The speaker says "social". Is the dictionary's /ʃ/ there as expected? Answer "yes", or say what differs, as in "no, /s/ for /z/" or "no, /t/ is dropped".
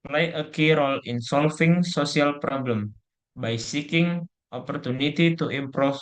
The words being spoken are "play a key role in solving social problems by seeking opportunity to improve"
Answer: no, /s/ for /ʃ/